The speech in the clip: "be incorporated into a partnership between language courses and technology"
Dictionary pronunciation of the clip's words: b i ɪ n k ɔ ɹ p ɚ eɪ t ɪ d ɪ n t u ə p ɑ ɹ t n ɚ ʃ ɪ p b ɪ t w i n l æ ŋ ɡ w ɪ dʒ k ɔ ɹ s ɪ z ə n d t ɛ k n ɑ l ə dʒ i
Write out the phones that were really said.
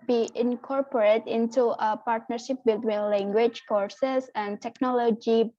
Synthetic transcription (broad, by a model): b i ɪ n k ɔ ɹ p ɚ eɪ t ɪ ɪ n t u ə p ɑ ɹ t n ɚ ʃ ɪ p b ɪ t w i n l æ ŋ ɡ w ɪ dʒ k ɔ ɹ s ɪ s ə n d t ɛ k n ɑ l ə dʒ i